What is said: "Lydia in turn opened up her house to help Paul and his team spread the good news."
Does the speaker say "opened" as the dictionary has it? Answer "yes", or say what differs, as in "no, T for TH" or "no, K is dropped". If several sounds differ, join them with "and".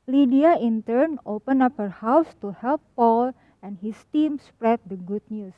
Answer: no, D is dropped